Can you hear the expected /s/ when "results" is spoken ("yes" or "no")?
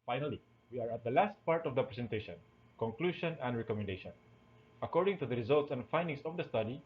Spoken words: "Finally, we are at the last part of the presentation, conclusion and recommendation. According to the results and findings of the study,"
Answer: yes